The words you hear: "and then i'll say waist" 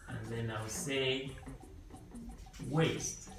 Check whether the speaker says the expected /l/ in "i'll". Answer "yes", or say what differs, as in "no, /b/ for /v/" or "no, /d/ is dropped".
no, /w/ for /l/